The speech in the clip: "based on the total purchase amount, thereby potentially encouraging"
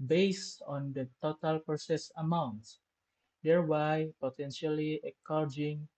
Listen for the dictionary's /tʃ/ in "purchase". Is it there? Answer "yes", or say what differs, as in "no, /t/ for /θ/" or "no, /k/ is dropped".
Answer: no, /s/ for /tʃ/